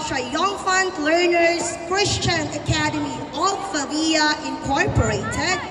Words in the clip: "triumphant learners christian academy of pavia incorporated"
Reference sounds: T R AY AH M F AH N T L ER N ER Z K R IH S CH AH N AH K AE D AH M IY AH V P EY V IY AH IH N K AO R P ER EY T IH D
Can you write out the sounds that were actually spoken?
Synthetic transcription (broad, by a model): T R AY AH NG F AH N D L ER N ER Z K R IH S CH AH N AH K AE D AH M IY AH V F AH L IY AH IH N K AO R P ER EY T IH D